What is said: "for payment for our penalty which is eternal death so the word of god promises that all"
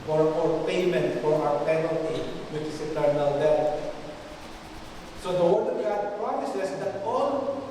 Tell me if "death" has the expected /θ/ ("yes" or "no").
no